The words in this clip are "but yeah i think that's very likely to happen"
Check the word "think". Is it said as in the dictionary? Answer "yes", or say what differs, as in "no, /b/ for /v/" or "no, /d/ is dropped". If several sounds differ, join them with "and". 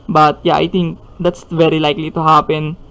no, /t/ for /θ/